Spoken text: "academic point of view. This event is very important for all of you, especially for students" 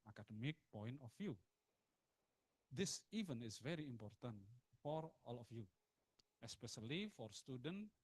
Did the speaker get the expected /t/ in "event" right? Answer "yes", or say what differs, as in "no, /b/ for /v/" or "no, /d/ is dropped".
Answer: no, /t/ is dropped